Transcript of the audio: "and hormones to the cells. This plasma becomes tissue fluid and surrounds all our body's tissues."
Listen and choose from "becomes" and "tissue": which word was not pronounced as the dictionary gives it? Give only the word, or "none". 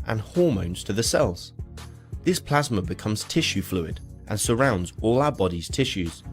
none